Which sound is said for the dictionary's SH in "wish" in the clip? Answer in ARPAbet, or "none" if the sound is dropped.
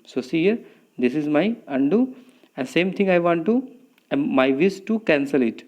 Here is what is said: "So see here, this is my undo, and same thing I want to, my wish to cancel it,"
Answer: S